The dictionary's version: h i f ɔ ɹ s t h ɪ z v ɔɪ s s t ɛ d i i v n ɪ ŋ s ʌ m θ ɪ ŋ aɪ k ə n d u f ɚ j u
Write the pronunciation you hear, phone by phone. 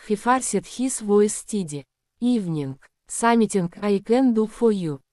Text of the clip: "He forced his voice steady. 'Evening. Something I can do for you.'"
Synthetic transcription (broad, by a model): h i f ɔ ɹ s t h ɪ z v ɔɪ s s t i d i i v n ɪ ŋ s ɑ m t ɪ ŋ aɪ k ə n d u f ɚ j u